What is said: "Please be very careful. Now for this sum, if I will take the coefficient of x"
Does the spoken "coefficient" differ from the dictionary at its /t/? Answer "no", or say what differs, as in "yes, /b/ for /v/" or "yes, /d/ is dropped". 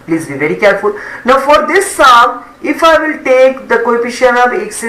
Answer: yes, /t/ is dropped